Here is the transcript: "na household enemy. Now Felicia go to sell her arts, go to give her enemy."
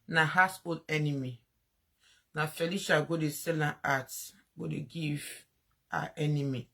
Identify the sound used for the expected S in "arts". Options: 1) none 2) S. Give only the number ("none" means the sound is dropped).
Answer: 1